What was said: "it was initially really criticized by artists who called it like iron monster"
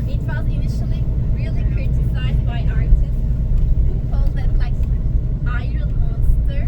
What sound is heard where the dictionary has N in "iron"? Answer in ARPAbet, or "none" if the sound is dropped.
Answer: L